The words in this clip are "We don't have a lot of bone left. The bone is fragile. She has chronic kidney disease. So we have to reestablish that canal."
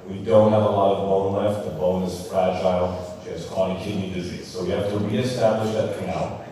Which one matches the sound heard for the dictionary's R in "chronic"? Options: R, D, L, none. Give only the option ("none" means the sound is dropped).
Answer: none